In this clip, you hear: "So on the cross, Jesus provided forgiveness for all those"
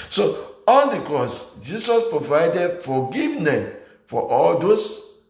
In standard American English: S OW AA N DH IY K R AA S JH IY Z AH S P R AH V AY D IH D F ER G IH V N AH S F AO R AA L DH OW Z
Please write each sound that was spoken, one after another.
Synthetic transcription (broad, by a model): S OW AA N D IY K R AA S JH IY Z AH S P R AH V AY D IH D F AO G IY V N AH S F AO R AA L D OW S